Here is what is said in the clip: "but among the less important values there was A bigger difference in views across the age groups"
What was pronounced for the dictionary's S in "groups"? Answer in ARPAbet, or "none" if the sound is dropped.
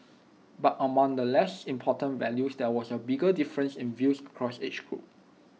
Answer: none